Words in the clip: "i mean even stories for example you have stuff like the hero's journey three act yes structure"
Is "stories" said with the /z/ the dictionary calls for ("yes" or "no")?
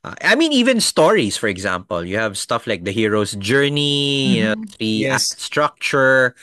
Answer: no